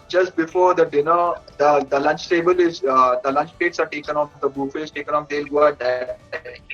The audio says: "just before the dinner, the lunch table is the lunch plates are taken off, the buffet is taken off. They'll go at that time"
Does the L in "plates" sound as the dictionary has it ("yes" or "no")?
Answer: no